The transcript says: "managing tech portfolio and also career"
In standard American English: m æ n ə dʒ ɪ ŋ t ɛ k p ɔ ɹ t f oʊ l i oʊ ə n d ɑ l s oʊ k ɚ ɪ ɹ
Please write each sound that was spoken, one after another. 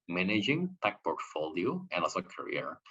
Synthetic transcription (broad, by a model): m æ n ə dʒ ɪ ŋ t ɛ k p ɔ ɹ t f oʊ l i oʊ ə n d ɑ s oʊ k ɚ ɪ ɹ